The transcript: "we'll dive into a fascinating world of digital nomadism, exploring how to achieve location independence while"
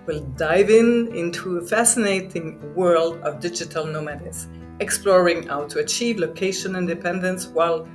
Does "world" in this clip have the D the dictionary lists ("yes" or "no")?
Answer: yes